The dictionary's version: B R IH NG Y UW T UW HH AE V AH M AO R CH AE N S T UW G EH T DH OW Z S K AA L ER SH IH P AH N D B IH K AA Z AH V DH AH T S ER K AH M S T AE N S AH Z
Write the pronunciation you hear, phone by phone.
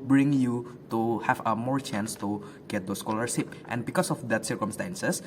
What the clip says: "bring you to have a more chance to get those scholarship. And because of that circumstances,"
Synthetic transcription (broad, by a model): B R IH NG Y UW T UW HH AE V AH M AO R CH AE N S T UW G EH T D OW S K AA L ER S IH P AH N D B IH K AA S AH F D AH T S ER K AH M S T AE N S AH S